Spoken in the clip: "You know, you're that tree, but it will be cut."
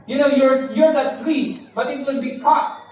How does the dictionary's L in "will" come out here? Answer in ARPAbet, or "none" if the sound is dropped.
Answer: N